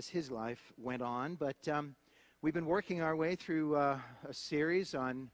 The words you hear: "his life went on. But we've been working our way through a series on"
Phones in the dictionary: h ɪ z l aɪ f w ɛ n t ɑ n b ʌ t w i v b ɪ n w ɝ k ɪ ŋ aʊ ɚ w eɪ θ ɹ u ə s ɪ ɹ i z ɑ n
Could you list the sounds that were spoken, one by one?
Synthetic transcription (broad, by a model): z ɪ z l aɪ f w ɛ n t n b ʌ t w i v b ɪ n w ɝ k ɪ ŋ aʊ ɚ w eɪ θ ɹ u ə s ɪ ɹ i z n